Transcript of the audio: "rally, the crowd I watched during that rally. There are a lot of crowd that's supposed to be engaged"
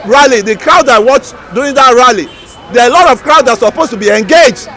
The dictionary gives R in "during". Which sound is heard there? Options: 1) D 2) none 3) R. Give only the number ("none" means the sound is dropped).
2